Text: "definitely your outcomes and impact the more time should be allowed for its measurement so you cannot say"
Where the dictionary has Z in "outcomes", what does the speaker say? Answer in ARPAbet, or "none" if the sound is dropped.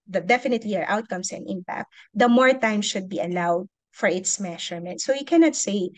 S